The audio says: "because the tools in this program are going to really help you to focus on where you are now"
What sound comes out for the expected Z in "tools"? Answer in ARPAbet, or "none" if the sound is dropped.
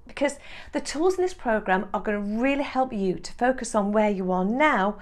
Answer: Z